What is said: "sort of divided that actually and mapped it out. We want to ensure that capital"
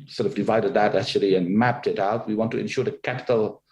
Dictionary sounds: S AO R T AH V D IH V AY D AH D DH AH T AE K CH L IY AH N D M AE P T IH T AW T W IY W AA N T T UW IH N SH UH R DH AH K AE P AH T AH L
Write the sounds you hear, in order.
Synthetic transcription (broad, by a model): S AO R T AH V D IH V AY D AH D DH AH T AE K CH L IY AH N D M AE P T IH T AW T W IY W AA N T T UW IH N SH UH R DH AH K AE P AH T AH L